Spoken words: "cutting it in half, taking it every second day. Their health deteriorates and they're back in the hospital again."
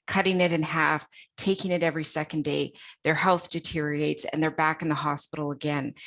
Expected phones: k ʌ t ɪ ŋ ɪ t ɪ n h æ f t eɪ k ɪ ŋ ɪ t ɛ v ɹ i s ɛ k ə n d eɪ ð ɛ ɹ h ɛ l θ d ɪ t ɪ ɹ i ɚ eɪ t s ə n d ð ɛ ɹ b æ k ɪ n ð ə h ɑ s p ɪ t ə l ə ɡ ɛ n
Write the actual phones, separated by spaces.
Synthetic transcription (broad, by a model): k ʌ t ɪ ŋ ɪ t ɪ n h æ f t eɪ k ɪ ŋ ɪ t ɛ v ɹ i s ɛ k ə n d eɪ ð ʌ ɹ h ɛ l θ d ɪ t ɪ ɹ i eɪ t s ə n ð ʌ ɹ b æ k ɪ n ð ə h ɑ s p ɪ t l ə ɡ ɛ n